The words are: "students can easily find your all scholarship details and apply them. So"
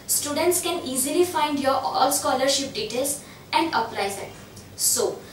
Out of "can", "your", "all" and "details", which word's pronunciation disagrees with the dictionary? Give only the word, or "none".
details